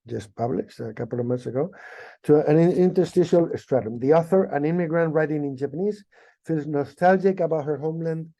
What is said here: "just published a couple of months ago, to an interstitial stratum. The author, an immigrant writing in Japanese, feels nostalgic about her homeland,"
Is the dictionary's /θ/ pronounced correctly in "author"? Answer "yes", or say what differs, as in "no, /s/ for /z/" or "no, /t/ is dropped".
yes